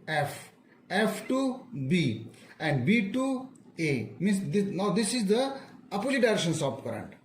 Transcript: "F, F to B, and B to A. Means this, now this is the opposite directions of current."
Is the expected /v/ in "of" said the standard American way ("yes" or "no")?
no